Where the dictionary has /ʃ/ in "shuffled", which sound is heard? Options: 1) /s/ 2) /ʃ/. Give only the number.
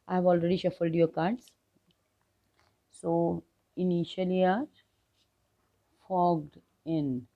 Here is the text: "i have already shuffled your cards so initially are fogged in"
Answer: 2